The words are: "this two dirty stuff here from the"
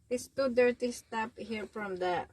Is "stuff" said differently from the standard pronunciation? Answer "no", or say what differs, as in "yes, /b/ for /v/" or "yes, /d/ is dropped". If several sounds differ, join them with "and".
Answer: yes, /p/ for /f/